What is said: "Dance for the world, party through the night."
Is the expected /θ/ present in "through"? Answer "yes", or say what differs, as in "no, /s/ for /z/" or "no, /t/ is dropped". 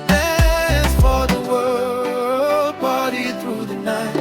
yes